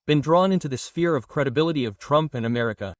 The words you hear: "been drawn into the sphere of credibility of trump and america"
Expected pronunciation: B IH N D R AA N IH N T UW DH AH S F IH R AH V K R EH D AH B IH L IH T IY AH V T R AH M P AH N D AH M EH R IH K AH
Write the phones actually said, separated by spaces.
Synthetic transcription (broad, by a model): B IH N D R AA N IH N T UW DH AH S F IH R AH V K R EH D AH B IH L IH T IY AH V T R AH M P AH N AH M EH R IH K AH